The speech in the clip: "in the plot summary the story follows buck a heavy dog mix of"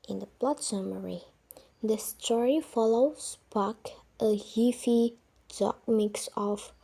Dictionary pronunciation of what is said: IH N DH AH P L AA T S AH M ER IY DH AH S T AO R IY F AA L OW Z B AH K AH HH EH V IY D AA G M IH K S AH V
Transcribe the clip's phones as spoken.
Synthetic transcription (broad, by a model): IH N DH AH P L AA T S AH M ER IY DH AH S T AO R IY F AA L OW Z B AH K AH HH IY F IY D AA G M IH K S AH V